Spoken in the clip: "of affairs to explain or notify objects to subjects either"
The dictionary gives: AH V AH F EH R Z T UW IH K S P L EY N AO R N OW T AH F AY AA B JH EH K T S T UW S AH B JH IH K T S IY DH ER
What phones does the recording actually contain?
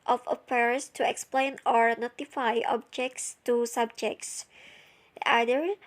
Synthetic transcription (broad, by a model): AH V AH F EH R S T UW IH K S P L EY N AO R N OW T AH F AY AA B JH EH K T S T UW S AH B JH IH K T S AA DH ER